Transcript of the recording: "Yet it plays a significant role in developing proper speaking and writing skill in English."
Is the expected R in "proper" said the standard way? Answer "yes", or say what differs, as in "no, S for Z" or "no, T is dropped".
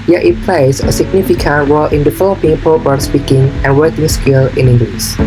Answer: no, R is dropped